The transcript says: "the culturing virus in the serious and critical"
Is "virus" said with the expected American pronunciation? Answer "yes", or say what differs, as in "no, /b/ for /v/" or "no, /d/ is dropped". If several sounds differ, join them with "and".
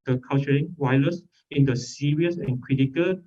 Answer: no, /w/ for /v/ and /l/ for /ɹ/